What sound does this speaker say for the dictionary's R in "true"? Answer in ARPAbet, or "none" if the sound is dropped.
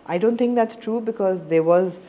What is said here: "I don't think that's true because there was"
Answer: R